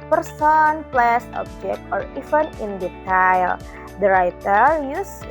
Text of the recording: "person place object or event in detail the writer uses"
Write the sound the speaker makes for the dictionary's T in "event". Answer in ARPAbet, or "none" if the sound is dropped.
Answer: none